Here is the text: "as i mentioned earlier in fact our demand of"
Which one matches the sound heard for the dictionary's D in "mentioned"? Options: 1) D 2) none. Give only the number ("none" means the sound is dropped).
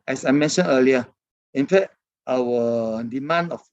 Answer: 2